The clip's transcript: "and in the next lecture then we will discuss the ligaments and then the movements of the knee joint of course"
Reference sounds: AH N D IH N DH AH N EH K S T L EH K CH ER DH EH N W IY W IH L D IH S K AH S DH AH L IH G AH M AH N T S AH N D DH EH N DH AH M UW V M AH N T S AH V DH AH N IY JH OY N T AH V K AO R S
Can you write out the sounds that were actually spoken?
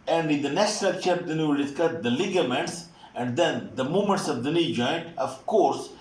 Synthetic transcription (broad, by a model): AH N D IH N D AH N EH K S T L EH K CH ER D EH N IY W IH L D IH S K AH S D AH L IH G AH M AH N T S AH N D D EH N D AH M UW M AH N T S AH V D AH N IY JH OY N T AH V K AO R S